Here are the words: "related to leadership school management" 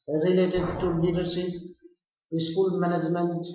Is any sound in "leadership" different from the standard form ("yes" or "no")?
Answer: yes